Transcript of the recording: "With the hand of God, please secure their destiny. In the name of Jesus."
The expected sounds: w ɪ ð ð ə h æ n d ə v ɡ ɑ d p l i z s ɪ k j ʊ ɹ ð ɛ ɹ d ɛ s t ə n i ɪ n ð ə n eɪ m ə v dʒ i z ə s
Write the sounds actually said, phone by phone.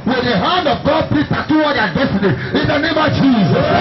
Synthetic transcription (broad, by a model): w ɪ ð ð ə h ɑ n d ə v ɡ ɑ d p i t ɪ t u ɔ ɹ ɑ d ɛ s t ə n i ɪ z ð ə n eɪ m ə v dʒ i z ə s